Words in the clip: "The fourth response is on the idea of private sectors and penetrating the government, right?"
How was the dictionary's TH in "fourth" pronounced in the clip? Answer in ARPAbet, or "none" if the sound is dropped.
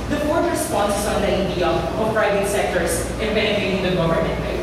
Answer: T